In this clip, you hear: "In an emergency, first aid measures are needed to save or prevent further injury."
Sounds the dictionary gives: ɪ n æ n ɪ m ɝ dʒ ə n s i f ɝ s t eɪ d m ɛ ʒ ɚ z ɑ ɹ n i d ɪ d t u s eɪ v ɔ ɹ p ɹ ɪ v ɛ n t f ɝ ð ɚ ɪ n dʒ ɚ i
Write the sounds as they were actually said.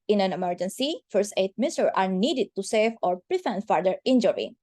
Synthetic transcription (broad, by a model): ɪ n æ n ɪ m ɝ dʒ ə n s i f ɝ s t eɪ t m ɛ s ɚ ɑ ɹ n i d ɪ d t u s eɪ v ɔ ɹ p ɹ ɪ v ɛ n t f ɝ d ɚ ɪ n dʒ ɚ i